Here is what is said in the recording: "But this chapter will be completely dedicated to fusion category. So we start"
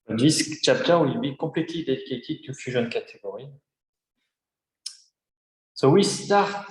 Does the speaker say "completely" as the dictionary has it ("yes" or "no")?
no